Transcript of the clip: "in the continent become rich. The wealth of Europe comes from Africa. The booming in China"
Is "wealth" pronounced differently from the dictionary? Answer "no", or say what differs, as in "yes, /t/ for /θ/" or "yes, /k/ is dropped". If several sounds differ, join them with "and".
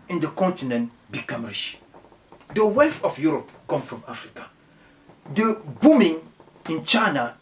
yes, /f/ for /θ/